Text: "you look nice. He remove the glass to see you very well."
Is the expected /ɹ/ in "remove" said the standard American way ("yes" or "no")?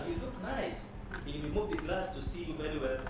no